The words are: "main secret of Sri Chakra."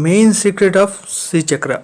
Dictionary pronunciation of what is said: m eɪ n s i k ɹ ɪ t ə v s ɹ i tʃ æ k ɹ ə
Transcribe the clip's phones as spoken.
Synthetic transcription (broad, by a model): m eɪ n s i k ɹ ɪ t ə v s i tʃ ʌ k ɹ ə